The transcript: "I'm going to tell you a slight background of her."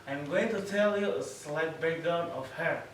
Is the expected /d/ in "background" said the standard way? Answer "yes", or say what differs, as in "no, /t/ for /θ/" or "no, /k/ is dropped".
no, /d/ is dropped